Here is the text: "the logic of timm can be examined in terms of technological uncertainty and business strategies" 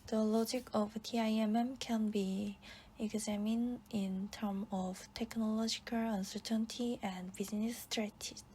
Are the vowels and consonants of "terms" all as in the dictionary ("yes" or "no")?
no